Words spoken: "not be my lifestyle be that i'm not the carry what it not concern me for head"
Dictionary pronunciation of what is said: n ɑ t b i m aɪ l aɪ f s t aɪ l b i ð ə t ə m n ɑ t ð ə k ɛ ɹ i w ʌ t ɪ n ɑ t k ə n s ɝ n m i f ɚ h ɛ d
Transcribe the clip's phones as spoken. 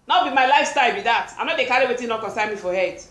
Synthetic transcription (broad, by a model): n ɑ b i m aɪ l aɪ f s t aɪ l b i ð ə t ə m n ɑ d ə k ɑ ɹ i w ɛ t ɪ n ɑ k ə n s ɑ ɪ m i f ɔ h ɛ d